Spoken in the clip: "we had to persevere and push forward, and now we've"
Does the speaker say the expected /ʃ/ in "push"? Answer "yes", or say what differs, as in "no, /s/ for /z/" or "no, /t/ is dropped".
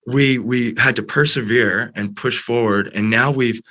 yes